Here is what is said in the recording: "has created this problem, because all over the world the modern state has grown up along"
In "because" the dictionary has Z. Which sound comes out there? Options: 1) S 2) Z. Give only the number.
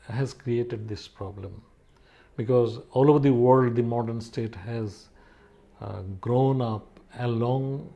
2